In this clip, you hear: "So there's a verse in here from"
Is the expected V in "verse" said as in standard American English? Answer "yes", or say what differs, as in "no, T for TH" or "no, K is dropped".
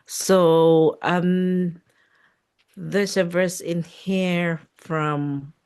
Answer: yes